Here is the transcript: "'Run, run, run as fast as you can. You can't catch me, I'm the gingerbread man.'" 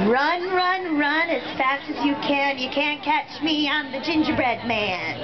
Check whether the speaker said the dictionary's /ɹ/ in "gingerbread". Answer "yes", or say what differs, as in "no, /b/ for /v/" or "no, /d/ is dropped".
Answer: yes